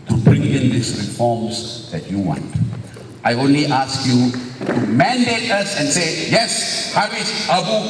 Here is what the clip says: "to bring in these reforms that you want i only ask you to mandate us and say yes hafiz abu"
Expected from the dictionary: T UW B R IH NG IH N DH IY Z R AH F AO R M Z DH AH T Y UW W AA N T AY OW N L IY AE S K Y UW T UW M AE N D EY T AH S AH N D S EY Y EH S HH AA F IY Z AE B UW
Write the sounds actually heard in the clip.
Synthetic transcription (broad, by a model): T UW B R IH NG IH N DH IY S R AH F AO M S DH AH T Y UW W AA N T AY OW N L IY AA S K Y UW T UW M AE N D EY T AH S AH N S EY Y EH S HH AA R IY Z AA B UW